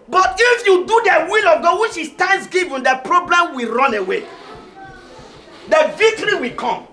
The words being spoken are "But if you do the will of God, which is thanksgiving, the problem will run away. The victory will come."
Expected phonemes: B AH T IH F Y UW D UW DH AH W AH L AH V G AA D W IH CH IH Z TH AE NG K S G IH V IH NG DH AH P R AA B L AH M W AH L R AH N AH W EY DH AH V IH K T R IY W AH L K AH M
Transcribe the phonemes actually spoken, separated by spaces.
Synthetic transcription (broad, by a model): B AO T IH F Y UW D UW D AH W AH L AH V G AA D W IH SH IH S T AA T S G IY V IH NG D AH P R AA B L AH M W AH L R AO N AH W EY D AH V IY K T R IY W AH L K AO M